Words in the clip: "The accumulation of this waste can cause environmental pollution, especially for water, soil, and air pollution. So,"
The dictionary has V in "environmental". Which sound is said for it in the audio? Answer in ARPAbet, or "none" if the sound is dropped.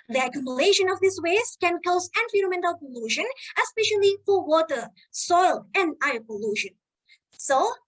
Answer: F